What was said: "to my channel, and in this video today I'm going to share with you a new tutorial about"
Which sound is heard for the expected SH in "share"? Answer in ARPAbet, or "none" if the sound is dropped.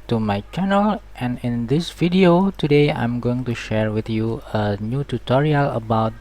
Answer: SH